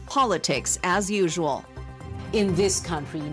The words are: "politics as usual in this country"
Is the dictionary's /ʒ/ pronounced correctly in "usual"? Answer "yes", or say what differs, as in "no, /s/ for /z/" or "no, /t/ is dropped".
yes